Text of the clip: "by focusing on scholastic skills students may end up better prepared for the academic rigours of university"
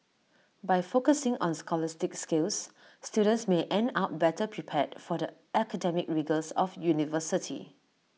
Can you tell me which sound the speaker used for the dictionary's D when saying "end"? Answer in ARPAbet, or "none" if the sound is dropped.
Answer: D